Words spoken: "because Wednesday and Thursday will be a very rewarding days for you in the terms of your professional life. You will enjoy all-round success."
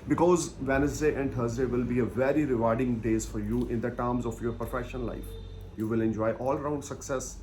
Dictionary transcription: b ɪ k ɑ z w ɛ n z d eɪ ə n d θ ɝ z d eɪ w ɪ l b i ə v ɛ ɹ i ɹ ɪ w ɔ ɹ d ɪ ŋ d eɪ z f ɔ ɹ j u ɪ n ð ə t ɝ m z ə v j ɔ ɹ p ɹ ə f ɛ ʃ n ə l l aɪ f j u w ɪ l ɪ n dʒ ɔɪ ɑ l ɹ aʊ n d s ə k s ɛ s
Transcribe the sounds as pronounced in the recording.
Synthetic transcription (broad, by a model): b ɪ k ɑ z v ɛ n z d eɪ ə n d t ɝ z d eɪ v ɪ l b i ə v ɛ ɹ i ɹ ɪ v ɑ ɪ d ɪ ŋ d eɪ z f ɔ ɹ j u ɪ n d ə t ɝ m z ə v j ɔ ɹ p ɹ f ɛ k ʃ ə n l aɪ f j u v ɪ l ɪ n dʒ ɔɪ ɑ l ɹ aʊ n d s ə k s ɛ s